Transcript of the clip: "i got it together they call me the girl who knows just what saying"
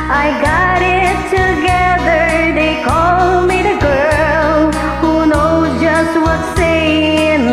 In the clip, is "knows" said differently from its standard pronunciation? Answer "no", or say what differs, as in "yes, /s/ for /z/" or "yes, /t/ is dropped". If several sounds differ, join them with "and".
yes, /z/ is dropped